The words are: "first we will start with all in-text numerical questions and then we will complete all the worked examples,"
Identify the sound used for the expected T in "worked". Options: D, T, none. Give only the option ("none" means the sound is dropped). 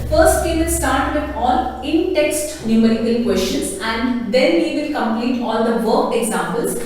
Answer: none